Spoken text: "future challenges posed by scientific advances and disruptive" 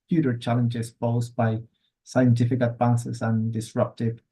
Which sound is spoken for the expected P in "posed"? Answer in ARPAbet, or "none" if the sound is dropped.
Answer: F